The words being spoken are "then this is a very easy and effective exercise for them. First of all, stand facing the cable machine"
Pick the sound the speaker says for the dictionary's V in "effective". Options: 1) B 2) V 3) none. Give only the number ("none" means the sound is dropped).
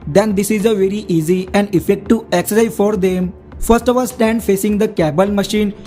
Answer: 3